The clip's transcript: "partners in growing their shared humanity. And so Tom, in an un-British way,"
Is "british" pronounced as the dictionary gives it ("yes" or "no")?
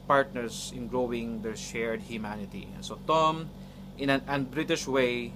yes